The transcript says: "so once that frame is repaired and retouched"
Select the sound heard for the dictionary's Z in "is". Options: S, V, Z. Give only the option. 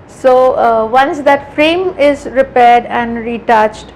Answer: Z